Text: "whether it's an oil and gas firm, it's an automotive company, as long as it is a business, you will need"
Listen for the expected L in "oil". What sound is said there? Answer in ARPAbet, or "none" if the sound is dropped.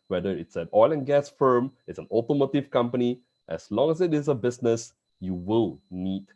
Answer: L